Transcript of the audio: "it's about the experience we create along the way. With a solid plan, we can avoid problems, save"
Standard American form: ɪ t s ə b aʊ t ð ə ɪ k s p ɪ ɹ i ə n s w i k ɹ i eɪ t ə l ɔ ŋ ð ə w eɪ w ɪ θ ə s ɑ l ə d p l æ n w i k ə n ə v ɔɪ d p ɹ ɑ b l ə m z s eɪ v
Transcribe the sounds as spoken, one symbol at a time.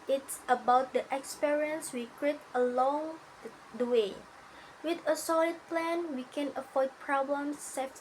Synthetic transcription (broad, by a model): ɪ t s ə b aʊ t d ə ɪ k s p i ɹ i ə n s w i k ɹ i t ə l ɔ ŋ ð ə w eɪ w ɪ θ ə s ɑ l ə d p l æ n w i k ə n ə f ɔɪ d p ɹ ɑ b l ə m s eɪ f